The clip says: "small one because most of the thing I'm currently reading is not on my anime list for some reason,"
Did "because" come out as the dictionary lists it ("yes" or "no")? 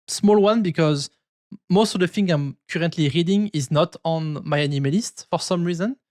yes